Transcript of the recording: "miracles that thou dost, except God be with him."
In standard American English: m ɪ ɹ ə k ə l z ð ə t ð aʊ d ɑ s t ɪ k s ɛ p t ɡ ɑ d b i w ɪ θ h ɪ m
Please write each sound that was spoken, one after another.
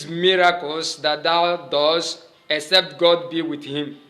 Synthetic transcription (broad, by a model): m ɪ ɹ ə k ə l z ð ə t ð aʊ d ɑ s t ɪ k s ɛ p t ɡ ɑ d b i w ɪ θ h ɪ m